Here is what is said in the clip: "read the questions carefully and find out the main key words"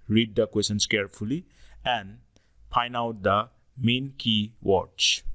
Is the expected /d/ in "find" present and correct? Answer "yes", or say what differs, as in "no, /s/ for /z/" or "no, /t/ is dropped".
no, /d/ is dropped